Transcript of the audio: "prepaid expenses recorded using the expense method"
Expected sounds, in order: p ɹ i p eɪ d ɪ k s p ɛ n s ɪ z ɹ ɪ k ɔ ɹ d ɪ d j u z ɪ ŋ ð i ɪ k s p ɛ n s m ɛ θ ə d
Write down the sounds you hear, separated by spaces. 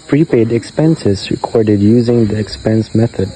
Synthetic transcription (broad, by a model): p ɹ i p eɪ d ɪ k s p ɛ n s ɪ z ɹ ɪ k ɔ ɹ d ɪ d j u z ɪ ŋ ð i ɪ k s p ɛ n s m ɛ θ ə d